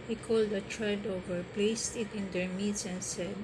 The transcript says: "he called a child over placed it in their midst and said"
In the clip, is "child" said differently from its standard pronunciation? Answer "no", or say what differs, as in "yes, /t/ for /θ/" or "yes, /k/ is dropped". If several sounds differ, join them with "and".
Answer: yes, /l/ is dropped